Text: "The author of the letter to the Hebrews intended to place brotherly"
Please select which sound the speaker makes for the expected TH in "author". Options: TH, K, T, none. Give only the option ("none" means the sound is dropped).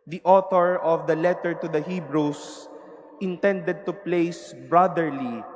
T